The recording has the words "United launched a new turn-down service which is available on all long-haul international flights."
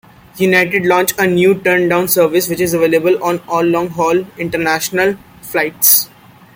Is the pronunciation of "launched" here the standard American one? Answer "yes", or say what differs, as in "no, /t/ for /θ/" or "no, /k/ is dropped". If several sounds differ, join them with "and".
no, /t/ is dropped